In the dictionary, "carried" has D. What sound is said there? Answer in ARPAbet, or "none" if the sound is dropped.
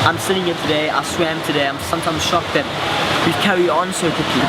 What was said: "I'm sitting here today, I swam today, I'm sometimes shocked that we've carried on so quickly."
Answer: none